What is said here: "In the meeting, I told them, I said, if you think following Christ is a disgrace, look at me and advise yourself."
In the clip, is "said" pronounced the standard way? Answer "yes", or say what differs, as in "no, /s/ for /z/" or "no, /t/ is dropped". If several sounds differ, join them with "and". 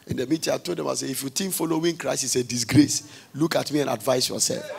no, /d/ is dropped